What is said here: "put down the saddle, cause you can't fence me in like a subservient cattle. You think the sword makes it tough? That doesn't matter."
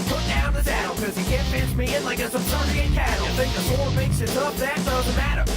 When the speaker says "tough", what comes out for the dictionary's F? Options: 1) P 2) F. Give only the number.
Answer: 1